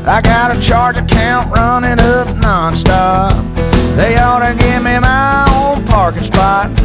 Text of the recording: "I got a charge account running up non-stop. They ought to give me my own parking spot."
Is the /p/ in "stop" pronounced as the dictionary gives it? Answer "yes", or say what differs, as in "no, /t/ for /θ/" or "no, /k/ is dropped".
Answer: no, /f/ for /p/